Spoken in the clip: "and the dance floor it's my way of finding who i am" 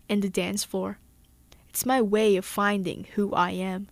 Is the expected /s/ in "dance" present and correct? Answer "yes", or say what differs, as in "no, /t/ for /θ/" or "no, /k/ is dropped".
yes